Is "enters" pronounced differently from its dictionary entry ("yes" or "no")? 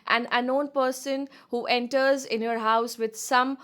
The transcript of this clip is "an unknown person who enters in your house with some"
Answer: no